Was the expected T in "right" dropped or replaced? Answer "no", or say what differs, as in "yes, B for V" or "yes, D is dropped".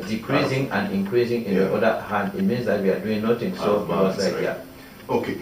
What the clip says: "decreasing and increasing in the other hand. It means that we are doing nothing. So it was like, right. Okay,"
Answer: yes, T is dropped